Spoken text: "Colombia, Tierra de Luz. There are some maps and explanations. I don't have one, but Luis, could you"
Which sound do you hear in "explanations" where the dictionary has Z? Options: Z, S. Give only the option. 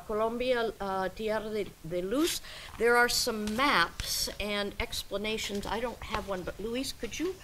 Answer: Z